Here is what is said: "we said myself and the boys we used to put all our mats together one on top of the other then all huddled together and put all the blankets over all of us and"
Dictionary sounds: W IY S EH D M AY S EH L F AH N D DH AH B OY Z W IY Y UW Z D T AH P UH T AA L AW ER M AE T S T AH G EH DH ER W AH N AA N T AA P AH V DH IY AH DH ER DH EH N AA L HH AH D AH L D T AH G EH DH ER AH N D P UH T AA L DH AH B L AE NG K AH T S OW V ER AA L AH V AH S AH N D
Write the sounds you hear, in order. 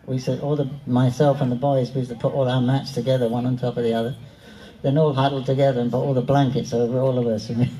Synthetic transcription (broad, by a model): W IY S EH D M AY S EH L F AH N DH AH B OY Z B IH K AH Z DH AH P UH T AA L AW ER M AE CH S T AH G EH DH ER W AH N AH N T AA P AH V DH IY AH DH ER DH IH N AA L HH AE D L D T AH G EH DH ER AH N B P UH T AA L DH AH B L AE NG K AH T S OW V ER AA L AH V AH S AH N